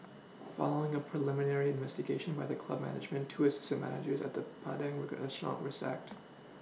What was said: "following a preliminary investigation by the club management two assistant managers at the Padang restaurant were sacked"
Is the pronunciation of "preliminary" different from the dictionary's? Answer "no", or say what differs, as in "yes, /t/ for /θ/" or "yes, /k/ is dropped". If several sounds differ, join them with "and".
no